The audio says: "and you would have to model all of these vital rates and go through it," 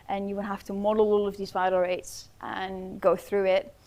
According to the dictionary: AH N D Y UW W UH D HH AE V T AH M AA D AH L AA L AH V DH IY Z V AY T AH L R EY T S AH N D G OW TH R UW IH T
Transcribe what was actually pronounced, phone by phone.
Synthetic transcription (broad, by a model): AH N Y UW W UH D HH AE F T AH M AA D AH L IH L AH V DH IY Z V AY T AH R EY T S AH N G OW TH R UW IH T